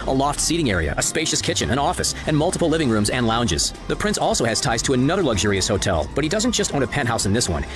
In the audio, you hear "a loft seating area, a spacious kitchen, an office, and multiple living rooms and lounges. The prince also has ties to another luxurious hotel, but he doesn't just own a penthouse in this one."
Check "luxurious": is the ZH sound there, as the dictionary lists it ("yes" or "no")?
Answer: yes